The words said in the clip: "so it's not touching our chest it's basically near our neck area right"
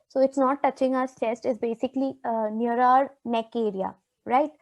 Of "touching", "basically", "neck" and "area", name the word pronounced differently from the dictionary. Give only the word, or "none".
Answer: none